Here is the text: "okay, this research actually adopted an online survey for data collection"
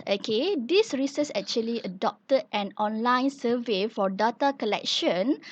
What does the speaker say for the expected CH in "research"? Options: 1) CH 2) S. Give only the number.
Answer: 2